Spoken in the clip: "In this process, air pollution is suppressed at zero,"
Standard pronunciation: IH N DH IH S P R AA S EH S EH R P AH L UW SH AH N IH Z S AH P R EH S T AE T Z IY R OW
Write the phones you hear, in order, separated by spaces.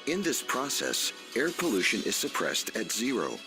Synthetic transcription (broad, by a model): IH N DH IH S P R AA S EH S EH R P AH L UW SH AH N IH Z S AH P R EH S T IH T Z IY R OW